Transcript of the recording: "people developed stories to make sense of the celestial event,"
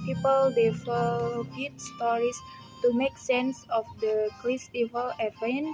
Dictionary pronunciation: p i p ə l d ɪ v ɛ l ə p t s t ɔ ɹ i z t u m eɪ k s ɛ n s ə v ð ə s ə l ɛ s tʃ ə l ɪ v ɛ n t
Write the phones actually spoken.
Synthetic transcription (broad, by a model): p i p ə l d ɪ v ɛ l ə t s t ɔ ɹ i s t u m eɪ k s ɛ n s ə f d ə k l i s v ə l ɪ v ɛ n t